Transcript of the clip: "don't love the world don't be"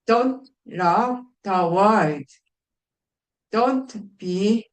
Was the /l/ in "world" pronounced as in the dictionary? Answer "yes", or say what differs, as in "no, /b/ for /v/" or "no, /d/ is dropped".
no, /l/ is dropped